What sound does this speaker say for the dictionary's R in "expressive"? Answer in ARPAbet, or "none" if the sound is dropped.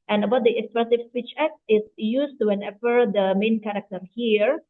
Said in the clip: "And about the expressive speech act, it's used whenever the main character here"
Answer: none